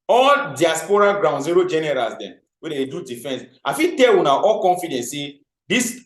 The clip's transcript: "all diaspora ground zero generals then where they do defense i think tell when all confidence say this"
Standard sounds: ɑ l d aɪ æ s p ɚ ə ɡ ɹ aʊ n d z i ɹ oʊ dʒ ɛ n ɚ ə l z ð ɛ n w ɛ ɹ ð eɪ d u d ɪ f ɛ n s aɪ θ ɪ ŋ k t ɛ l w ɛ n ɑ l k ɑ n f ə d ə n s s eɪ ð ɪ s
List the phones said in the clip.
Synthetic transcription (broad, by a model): ɑ l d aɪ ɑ s p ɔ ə ɡ ɹ aʊ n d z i ɹ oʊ dʒ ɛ n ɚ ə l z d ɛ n w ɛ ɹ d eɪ d u d ɪ f ɛ n s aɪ f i t ɛ l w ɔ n ɑ l k ɑ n f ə d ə n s s eɪ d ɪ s